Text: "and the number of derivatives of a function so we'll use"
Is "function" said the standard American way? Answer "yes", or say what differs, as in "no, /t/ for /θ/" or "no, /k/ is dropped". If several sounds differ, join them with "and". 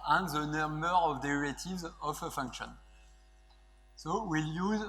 yes